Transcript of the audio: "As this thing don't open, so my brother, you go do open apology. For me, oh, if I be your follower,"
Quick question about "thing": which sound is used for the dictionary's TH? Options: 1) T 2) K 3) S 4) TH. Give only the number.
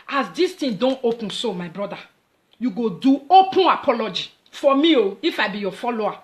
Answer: 1